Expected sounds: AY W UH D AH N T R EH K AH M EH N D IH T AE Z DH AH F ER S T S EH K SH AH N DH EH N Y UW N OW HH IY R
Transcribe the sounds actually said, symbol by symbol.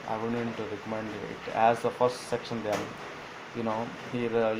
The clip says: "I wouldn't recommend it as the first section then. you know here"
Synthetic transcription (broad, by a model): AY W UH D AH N T R EH K AH M EH N D IH T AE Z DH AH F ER S T S EH K SH AH N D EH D Y UW N OW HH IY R